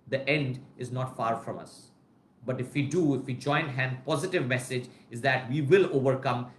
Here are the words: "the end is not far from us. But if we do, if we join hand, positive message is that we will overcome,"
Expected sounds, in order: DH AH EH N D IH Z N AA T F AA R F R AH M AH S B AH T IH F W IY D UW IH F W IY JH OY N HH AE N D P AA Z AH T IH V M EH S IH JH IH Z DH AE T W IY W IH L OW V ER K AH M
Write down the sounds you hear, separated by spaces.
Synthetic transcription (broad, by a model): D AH EH N D IH Z N AA T F AA R F R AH M AH S B AH T IH F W IY D UW IH F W IY JH OY N HH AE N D P AA Z AH T IH V M EH S IH JH IH Z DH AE T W IY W IH L OW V ER K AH M